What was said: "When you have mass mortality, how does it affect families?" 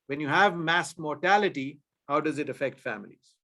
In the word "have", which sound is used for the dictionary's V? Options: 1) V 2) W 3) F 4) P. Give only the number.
1